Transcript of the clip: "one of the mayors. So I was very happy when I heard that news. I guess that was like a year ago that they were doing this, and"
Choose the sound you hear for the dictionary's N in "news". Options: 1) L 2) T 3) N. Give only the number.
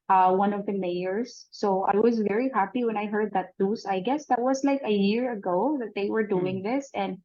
1